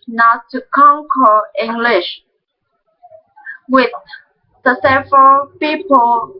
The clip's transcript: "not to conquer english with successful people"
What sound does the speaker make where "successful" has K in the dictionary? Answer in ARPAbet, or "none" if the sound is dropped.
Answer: none